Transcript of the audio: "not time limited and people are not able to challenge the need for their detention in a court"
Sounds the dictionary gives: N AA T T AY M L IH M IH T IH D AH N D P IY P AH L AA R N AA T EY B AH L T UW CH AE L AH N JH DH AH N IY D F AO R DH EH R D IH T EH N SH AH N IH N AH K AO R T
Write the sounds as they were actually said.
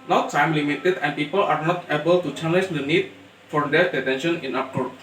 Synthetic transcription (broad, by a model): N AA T S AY M L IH M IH T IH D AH N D P IY P AH L AA R N AA T EY B AH L T UW CH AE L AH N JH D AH N IY D F AO R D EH R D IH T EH N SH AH N IH N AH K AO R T